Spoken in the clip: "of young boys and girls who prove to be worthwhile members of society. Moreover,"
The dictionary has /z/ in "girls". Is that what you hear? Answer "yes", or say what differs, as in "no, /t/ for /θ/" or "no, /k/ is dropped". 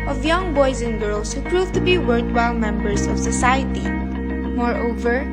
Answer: no, /s/ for /z/